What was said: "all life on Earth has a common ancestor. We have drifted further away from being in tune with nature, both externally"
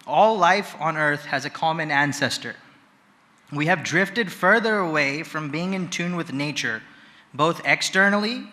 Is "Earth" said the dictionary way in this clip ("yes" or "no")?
yes